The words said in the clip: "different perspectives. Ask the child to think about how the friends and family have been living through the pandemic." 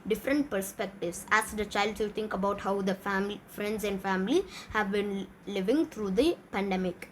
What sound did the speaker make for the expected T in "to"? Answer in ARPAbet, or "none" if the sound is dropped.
S